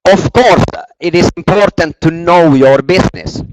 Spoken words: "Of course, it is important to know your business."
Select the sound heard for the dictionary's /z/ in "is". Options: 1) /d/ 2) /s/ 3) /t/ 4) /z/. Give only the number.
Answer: 2